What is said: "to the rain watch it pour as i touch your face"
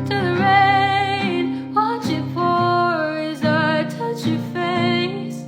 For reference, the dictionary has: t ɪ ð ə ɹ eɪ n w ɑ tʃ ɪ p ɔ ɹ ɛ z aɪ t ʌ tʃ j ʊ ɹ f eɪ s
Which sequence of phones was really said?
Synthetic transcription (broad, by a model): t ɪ ð ə ɹ eɪ n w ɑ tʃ ɪ f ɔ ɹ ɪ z aɪ t ʌ tʃ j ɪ f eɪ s